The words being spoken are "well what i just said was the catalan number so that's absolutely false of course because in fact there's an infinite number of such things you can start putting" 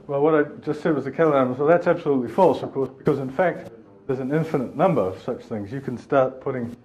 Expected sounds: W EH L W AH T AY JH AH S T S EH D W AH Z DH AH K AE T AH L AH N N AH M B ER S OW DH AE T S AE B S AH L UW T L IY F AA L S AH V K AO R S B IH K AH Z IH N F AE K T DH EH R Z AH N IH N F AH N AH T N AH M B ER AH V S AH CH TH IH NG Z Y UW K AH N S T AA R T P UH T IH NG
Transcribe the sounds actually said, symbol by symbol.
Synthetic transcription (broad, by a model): W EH L W AH T AY JH AH S T S EH D W AH Z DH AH K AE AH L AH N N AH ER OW DH AE T S AE B S AH L UW T L IY F AA L S AH V K AO R S B IH K AH Z IH N F AE K T DH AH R Z AH N IH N F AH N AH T N AH M B ER AH V S AH CH TH IH NG Z Y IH K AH N S T AA R T P UH T IH NG